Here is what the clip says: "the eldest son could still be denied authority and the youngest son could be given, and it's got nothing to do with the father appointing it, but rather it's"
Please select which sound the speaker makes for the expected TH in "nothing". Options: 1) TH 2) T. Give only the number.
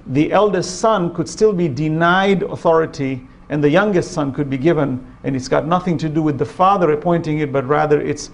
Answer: 1